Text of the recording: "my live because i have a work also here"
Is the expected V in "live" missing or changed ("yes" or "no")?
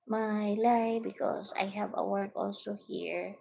yes